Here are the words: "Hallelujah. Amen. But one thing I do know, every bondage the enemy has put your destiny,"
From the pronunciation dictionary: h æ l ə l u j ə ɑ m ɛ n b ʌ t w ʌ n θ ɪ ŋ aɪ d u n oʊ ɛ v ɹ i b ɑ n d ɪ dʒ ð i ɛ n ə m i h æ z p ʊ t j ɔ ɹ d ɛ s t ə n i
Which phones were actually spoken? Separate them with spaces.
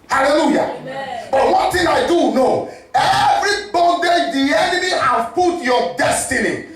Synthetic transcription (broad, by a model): h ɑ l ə l u j ɑ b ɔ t w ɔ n t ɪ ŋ aɪ d u n oʊ ɛ v ɹ i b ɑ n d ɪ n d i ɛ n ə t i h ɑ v p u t j ɔ d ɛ s t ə n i